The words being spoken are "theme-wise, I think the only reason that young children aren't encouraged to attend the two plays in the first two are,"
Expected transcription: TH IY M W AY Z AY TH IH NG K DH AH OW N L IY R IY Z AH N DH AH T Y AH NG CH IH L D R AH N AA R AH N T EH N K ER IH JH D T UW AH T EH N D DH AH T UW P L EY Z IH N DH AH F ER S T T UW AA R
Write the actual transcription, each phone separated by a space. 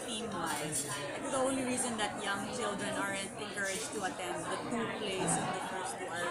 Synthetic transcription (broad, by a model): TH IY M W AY AY F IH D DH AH OW N L IY R IY Z AH N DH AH T Y AH NG CH IH L D R AH N AA R AH N T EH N K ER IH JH T UW AH T EH N D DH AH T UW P L EY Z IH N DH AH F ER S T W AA R